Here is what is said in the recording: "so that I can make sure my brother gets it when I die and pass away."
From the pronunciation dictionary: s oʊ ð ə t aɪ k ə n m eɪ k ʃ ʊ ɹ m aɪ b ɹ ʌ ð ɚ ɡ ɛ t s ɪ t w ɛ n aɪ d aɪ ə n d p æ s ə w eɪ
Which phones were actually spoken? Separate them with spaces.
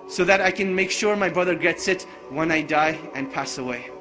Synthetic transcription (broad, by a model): s oʊ ð ə t aɪ k ə n m eɪ k ʃ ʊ ɹ m aɪ b ɹ ʌ ð ɚ ɡ ɛ t s ɪ t w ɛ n aɪ d aɪ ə n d p æ s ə w eɪ